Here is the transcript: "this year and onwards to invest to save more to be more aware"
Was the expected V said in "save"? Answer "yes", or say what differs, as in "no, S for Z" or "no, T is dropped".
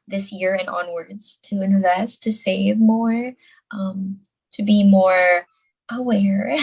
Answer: yes